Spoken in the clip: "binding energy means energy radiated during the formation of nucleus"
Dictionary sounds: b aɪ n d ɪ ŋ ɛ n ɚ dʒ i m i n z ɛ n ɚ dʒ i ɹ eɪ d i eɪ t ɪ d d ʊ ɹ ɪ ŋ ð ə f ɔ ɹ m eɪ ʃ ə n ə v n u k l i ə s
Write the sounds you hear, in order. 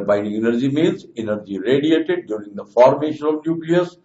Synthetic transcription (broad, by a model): b aɪ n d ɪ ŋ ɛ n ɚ dʒ i m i l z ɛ n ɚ dʒ i ɹ eɪ d i eɪ t ɪ d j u ɹ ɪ ŋ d ə f ɔ ɹ m eɪ ʃ ə n ə v n u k l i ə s